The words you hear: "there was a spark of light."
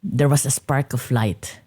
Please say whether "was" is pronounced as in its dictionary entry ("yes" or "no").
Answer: no